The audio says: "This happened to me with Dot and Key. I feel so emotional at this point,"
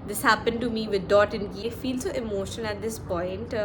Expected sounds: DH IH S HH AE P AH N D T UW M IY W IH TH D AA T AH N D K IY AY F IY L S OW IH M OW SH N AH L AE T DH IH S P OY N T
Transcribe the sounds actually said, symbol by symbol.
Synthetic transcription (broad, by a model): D IH S HH AE P AH N D T UW M IY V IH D D AA T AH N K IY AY F IY L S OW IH M OW SH AH N AE T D IH S P OY N T